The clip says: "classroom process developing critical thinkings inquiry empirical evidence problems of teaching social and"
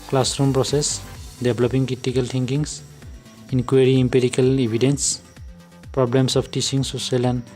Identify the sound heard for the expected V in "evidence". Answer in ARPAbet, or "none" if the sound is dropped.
B